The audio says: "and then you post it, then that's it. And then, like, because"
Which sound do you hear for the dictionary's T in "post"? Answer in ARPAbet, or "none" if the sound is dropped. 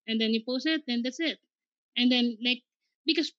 none